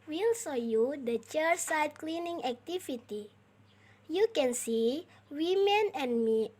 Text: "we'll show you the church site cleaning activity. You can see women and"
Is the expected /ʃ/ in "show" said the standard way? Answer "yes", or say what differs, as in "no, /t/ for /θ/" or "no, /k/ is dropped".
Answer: no, /s/ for /ʃ/